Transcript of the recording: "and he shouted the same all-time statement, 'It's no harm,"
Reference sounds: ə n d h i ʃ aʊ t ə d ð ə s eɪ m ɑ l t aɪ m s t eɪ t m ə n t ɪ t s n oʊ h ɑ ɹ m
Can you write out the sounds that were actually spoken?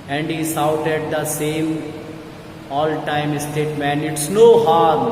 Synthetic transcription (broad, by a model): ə n d h i s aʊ t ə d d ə s eɪ m ɑ l t aɪ m s t eɪ t m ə n ɪ t s n oʊ h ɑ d